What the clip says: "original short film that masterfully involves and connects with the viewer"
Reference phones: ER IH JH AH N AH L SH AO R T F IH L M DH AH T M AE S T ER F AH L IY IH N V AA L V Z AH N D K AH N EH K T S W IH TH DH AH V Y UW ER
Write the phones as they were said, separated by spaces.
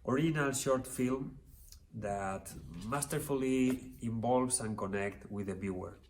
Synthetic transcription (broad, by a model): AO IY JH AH N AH L SH AO R T F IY L M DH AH T M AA S T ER F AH L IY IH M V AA L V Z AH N K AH N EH K T W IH DH AH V Y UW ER